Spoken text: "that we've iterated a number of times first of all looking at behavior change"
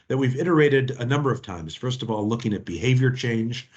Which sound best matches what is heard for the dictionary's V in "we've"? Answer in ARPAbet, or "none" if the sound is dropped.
V